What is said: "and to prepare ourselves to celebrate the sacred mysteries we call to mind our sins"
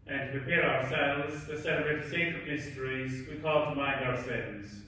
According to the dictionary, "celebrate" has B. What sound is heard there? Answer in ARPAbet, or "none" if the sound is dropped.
none